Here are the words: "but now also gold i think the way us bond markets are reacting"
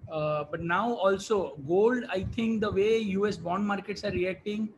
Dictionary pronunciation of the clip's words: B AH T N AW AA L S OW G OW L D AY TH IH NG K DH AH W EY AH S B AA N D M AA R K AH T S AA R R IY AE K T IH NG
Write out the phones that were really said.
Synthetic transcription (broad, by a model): B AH T N AW AA L S OW G OW L D AY T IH NG K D AH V EY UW S B AA N D M AA R K AH T S AA R R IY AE K T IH NG